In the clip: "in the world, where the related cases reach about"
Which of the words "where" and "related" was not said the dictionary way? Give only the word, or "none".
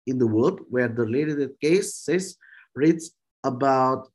related